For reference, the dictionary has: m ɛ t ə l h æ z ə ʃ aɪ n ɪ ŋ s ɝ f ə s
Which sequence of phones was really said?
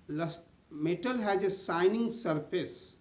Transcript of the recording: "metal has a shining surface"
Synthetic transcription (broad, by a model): m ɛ t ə l h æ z ə s aɪ n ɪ ŋ s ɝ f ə s